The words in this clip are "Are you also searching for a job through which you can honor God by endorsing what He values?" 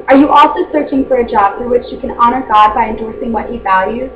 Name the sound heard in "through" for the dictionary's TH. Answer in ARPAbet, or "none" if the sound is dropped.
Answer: F